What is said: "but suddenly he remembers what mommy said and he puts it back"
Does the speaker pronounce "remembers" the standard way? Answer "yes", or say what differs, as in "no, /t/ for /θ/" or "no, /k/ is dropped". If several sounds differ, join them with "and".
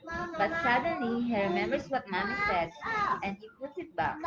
no, /s/ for /z/